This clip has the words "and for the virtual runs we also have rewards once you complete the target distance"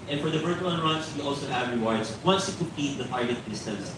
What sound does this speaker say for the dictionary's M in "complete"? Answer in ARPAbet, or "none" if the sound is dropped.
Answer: none